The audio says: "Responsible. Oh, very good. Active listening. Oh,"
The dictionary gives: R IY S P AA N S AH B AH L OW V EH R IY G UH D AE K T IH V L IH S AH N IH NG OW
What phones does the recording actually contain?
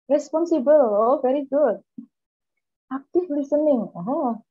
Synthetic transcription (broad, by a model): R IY S P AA N S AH B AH L OW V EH R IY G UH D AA K T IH F L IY S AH N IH NG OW